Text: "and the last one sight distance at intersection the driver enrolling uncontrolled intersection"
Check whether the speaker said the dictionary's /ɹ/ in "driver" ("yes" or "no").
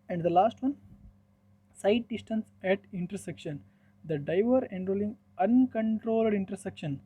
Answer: no